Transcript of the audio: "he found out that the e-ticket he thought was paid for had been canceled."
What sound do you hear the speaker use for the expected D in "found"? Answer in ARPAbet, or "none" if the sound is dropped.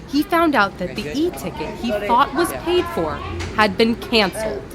D